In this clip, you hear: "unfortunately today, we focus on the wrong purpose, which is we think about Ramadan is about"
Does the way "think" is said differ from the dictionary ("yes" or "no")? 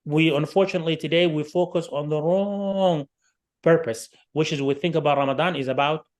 no